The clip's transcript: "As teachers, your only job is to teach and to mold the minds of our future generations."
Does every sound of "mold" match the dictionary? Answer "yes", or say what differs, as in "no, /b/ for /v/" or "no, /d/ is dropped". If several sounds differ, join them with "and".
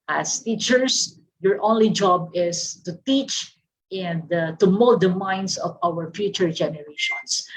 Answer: no, /l/ is dropped